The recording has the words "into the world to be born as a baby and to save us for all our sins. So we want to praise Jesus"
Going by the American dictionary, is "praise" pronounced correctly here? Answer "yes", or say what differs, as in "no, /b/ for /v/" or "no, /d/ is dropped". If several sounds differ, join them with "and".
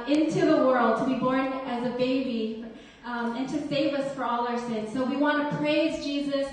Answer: yes